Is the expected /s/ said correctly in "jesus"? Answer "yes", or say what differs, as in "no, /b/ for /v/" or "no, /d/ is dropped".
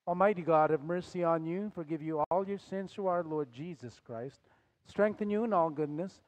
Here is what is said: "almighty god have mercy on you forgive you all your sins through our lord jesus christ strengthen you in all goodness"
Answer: yes